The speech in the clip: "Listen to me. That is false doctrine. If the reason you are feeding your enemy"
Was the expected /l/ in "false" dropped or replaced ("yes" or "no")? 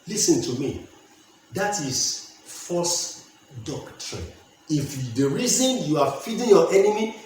yes